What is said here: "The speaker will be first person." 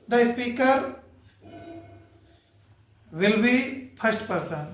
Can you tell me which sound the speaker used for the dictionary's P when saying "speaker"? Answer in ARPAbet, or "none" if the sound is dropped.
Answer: P